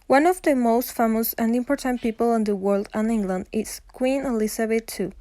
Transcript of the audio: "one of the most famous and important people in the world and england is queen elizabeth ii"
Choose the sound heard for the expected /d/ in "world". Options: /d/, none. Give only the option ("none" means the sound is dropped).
/d/